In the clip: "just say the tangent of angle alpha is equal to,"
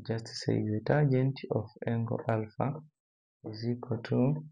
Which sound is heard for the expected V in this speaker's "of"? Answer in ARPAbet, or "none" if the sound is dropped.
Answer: F